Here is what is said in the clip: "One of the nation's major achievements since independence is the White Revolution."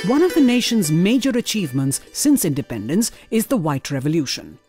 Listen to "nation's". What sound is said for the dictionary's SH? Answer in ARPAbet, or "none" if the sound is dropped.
SH